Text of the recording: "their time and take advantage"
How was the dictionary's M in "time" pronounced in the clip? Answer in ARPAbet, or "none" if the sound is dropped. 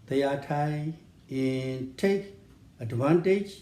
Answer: none